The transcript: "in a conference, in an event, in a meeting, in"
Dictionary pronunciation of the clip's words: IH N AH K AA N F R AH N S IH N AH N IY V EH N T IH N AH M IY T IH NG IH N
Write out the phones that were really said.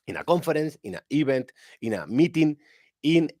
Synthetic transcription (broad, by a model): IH N AH K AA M F R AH N S IH N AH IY B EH N T IH N AH M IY T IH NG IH N